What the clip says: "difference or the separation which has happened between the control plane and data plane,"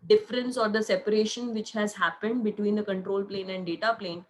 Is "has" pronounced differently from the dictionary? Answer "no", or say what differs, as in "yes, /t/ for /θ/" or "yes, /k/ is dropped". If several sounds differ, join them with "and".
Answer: no